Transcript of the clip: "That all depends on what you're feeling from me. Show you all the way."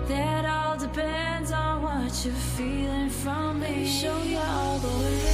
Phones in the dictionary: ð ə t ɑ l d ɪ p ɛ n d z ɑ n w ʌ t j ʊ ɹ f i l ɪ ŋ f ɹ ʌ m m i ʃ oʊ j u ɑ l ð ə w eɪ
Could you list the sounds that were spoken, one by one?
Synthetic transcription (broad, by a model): ð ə t ɑ l d ɪ p ɛ n d z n w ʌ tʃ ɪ f i l ɪ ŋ f ɹ ʌ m m i ʃ oʊ j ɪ ɑ l ð ə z